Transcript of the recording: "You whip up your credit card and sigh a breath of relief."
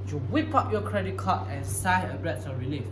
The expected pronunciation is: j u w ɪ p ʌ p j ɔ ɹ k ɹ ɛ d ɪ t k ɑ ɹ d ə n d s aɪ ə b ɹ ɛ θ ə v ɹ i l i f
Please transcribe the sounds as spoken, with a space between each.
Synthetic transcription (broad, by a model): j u w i p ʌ p j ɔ k ɹ ɛ d ɪ t k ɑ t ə n s aɪ ə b ɹ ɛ s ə ɹ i l i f